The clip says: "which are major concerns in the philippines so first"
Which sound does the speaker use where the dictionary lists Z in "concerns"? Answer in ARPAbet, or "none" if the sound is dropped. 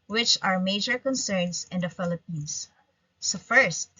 S